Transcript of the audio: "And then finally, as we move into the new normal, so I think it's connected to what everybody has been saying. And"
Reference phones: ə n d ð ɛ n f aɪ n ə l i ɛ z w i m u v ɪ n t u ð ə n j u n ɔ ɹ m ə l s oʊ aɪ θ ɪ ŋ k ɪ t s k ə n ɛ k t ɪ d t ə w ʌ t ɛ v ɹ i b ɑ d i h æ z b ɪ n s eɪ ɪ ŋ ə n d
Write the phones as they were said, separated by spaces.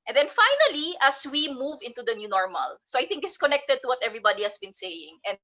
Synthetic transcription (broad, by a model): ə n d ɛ n f aɪ n ə l i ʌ s w i m u v ɪ n t u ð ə n j u n ɔ ɹ m ə l s oʊ aɪ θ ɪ ŋ k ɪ s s k ə n ɛ k t ɪ d t ə w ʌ t ɛ v ɹ i b ɑ d i h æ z b ɪ n s eɪ ɪ ŋ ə n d